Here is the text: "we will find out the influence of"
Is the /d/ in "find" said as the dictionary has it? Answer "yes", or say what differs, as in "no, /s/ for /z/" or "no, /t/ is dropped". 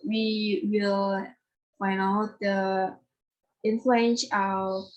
no, /d/ is dropped